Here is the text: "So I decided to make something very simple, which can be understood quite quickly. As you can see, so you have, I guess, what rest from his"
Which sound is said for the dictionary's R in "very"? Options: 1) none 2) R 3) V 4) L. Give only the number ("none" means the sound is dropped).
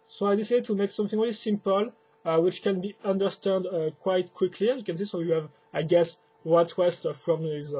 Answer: 4